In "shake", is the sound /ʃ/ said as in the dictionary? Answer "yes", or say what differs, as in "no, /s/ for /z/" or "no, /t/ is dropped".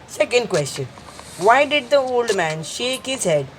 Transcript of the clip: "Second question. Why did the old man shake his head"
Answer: yes